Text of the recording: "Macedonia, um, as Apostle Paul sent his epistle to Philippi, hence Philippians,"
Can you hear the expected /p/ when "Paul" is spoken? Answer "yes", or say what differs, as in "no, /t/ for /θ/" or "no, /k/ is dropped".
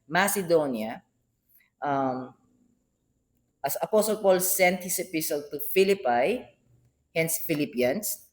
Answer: yes